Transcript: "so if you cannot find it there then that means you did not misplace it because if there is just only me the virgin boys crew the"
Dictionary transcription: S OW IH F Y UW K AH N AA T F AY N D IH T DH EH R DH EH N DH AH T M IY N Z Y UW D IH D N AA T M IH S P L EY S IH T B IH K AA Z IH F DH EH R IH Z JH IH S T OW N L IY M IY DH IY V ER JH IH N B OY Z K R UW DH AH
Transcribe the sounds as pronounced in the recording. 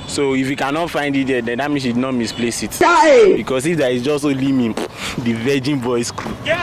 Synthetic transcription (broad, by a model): S OW IH F Y UW K AH N AA T F AY N D IH T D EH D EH N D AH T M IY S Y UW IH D N AA T M IH S P L EY S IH T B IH K AA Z IH F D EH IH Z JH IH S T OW L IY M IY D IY V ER JH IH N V OY S K R UW